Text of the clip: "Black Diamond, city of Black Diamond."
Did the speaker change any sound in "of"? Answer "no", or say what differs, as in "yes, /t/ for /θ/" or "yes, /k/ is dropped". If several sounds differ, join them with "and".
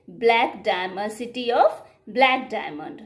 yes, /p/ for /v/